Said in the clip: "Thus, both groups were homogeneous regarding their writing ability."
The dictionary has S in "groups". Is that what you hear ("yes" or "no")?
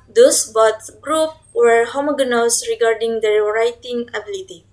no